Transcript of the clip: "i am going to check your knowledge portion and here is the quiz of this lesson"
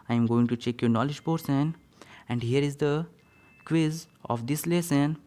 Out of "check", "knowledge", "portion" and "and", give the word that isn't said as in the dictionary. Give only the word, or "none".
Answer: portion